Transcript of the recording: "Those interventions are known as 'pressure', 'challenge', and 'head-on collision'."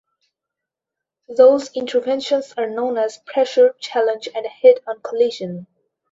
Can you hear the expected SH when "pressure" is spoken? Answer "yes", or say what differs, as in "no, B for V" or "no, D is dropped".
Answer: yes